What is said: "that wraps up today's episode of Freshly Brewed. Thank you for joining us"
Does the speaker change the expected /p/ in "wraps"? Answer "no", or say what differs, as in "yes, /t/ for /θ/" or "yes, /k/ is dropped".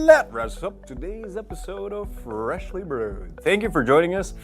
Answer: yes, /p/ is dropped